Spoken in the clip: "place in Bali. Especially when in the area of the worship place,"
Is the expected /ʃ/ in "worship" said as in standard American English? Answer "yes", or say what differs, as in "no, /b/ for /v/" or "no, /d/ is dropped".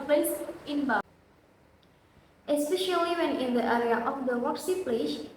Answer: no, /s/ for /ʃ/